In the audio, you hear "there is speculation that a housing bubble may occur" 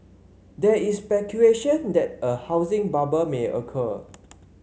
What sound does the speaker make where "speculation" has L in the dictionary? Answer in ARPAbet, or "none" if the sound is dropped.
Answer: none